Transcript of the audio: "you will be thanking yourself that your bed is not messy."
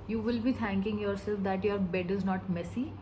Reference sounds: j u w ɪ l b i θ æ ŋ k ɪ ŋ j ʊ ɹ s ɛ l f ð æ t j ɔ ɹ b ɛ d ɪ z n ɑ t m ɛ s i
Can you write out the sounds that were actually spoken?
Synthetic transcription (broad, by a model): j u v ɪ l b i t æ ŋ k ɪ ŋ j ʊ ɹ s ɛ l f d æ t j ɔ ɹ b ɛ d ɪ z n ɑ t m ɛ s i